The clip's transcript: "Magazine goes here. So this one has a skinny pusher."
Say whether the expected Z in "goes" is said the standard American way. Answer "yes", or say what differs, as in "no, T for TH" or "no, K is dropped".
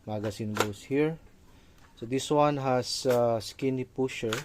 no, S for Z